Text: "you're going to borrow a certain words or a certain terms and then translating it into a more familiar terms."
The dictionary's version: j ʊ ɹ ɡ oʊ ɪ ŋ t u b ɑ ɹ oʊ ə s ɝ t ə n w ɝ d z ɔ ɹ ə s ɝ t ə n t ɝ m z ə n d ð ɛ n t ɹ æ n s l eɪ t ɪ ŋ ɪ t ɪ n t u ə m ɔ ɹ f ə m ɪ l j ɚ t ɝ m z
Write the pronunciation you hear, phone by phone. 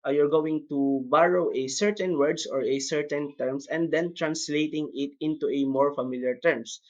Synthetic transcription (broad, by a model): j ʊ ɹ ɡ oʊ ɪ ŋ t u b ɑ ɹ oʊ ə s ɝ t ə n w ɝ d s ɔ ɹ ə s ɝ t ə n t ɝ m s ə n d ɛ n t ɹ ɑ n s l eɪ t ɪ ŋ ɪ t ɪ n t u ə m ɔ ɹ f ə m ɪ l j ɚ t ɝ m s